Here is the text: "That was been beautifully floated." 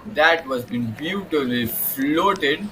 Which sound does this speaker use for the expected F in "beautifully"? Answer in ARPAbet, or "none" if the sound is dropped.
none